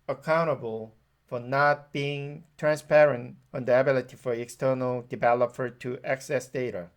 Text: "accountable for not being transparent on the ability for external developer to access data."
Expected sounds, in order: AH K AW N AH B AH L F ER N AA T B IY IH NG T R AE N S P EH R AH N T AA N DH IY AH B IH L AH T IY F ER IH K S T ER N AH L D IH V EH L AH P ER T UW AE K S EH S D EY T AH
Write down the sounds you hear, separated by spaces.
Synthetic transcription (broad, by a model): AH K AW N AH B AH L F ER N AA T B IY IH NG T R AE N S P EH R AH N T AA N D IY AH B IH L AH T IY F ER IH K S T ER N AH L D IH V EH L AH P ER T UW AE K S EH S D EY T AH